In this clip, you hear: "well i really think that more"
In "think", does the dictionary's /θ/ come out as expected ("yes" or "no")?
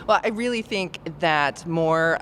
yes